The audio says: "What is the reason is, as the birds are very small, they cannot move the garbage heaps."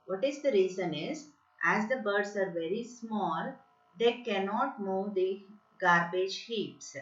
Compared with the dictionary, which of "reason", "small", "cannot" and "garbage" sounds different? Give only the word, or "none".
none